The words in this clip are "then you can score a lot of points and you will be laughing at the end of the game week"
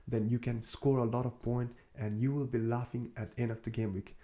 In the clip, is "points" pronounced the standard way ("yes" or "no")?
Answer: no